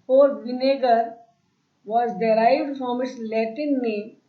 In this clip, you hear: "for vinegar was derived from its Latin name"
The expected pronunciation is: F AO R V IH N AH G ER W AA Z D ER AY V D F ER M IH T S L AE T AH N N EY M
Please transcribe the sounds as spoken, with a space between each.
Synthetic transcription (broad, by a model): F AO R V IH N AH G ER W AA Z D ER AY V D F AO M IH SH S L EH T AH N N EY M